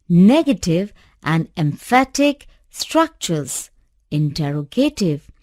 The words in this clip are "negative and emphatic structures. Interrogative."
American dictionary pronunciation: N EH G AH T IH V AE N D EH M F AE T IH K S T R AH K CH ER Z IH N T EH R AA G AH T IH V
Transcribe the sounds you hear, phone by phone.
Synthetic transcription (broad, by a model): N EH G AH T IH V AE N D EH M F AE T IH K S T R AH K CH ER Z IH N T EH R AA G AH T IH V